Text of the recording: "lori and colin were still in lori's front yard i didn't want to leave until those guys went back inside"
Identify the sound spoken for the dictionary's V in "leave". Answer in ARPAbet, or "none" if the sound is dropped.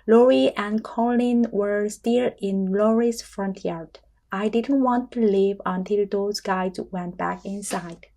V